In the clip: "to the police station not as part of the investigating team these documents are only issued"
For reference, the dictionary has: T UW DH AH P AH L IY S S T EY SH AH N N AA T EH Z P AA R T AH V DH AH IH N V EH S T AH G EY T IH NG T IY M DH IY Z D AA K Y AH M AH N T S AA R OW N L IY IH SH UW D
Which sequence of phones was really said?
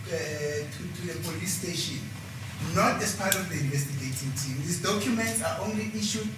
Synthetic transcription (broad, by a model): T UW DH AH P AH L IY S S T EY SH AH N N AA T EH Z P AA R T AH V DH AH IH N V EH S T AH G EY T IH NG T IY M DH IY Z D AA K Y AH M AH N T S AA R OW N L IY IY SH UW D